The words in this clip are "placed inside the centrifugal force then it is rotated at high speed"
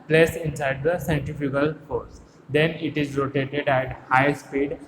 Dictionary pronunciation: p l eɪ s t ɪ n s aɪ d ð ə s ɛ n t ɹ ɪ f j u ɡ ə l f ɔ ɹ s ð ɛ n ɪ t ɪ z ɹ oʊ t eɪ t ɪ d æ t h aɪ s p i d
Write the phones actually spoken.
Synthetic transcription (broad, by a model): p l eɪ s ɪ n s aɪ d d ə s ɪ n t ɪ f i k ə l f ɔ ɹ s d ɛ n ɪ t ɪ z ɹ oʊ t eɪ t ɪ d æ t h aɪ s p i d